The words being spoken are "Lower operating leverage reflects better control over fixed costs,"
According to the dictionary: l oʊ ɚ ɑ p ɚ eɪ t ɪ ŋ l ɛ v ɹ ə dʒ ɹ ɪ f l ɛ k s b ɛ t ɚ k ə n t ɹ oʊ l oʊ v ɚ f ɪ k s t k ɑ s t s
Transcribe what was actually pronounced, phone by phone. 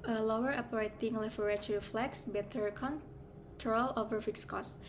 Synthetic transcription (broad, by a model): l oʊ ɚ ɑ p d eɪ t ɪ ŋ l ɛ f ɹ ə tʃ ɹ ɪ f l ɛ k s b ɛ t ɚ k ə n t ɹ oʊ l oʊ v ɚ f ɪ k s k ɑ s s